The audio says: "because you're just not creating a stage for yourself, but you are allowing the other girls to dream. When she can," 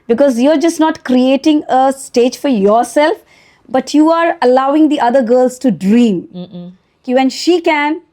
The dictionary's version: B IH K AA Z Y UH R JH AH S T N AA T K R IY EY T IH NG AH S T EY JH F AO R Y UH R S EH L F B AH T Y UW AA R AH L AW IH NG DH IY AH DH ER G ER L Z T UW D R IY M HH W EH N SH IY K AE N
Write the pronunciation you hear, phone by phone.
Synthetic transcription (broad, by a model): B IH K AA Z Y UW R JH AH S T N AA T K R IY EY T IH NG AH S T EY JH F AO R Y UH R S EH L F B AH T Y UW AA R AH L AW IH NG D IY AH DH ER G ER L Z T UW D R IY M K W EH N SH IY K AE N